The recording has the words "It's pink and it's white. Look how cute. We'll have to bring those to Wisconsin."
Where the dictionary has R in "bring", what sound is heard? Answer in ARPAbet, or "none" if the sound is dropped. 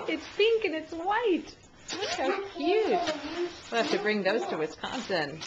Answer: R